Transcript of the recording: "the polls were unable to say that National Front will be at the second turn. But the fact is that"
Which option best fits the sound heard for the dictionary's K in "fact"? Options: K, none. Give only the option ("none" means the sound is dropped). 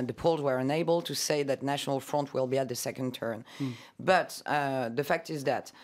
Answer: K